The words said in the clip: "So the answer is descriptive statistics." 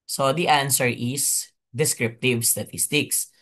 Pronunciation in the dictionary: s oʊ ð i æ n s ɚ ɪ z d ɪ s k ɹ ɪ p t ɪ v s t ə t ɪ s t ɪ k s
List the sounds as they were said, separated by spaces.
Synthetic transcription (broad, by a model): s oʊ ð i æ n s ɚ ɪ s d ɪ s k ɹ ɪ p t ɪ v s t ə t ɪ s t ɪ k s